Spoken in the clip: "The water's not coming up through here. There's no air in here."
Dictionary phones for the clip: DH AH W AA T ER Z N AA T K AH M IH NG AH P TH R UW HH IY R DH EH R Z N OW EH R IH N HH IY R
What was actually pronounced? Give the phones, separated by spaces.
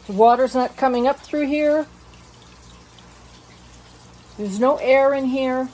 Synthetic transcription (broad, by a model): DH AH W AA T ER Z N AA T K AH M IH NG AH P TH R UW HH IY R DH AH R Z N OW EH R IH N HH IY R